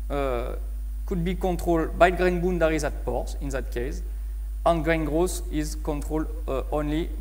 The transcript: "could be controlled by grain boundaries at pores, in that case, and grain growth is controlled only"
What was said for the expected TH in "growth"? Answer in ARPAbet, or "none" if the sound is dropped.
S